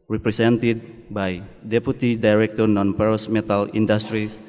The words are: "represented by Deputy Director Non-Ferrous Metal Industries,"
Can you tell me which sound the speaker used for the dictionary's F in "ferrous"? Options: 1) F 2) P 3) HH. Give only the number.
2